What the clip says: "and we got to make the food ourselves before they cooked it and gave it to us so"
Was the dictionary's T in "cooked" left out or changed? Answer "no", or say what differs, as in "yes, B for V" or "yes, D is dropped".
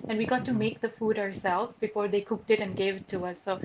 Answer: no